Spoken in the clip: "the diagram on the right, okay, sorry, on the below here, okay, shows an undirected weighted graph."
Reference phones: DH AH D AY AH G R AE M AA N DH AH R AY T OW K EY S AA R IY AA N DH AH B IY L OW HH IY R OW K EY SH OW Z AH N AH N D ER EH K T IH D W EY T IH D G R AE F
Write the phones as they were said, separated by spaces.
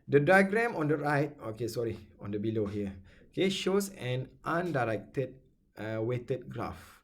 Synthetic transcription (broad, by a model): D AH D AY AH G R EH M AA N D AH R AY T OW K EY S AA R IY AA N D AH B IY L OW HH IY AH OW K EY SH OW S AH N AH N D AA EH K T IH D W EY T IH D G R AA F